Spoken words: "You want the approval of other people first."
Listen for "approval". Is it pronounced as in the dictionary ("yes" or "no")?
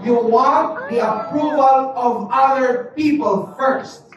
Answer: yes